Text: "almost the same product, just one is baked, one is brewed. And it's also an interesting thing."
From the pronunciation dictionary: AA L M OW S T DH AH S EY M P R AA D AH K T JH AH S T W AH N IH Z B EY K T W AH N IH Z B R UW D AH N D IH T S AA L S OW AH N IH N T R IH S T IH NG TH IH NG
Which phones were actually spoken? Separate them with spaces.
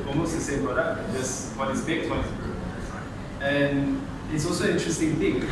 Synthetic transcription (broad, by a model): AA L M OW S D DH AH S EY M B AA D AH T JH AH S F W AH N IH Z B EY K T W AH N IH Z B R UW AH N IH T S AA L S OW AH N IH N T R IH S T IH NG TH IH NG